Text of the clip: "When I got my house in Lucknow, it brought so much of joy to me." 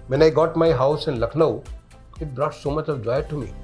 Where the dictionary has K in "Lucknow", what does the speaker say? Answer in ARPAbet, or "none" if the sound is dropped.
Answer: K